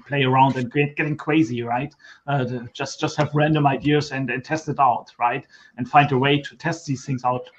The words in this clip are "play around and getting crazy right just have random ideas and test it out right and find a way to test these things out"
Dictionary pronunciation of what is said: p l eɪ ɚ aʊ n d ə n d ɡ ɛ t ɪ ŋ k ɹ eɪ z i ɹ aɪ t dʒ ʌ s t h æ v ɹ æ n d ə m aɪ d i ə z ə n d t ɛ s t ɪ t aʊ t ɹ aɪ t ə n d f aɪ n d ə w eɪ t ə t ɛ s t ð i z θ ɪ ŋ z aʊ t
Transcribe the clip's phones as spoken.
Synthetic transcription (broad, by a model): p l eɪ ɚ aʊ n d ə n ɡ ɡ ɛ t ɪ ŋ k w eɪ z i ɹ aɪ t dʒ ʌ s t h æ v ɹ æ n d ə m aɪ d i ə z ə n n t ɛ s t ɪ t aʊ t ɹ aɪ t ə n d f aɪ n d ə w eɪ t ə t ɛ s t ð i z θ ɪ ŋ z aʊ t